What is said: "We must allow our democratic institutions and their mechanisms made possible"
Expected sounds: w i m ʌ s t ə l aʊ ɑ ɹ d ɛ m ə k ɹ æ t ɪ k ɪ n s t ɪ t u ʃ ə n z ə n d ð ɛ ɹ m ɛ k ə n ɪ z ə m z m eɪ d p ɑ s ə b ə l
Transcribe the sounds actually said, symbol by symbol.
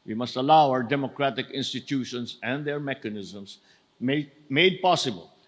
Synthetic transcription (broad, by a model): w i m ʌ s t ə l aʊ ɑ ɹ d ɛ m ə k ɹ æ t ɪ k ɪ n s t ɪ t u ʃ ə n s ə n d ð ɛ ɹ m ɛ k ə n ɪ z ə m s m eɪ d p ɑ s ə b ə l